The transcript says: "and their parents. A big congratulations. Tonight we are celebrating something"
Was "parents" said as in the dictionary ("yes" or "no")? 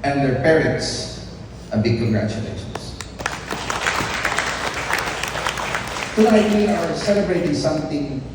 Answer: no